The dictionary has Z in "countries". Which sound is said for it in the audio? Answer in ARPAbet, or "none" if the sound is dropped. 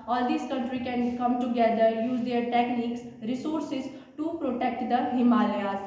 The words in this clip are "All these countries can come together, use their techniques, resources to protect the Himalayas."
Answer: none